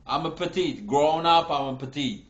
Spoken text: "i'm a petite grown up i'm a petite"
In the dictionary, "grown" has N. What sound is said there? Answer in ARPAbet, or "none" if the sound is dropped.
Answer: N